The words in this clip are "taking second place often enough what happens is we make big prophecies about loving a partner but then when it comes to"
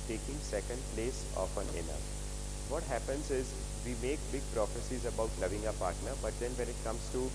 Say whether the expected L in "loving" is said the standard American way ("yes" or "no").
no